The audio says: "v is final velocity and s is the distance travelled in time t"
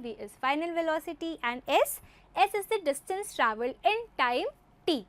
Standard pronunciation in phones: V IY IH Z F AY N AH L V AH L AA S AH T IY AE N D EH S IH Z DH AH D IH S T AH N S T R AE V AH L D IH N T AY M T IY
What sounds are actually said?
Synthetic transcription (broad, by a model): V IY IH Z F AY N AH L V AH L AA S AH T IY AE N D EH S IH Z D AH D IH S T AH N S T R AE V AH L IH N T AY M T IY